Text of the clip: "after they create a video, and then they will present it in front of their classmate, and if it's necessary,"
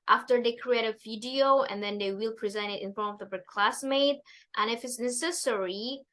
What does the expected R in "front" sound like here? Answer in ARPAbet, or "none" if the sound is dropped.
none